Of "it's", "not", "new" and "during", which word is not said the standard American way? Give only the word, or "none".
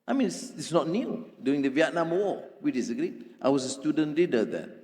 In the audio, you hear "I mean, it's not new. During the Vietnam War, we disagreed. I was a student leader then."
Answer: during